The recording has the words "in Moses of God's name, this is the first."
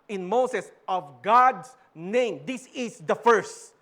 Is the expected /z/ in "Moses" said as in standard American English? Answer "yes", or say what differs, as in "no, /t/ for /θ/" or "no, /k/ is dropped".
no, /s/ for /z/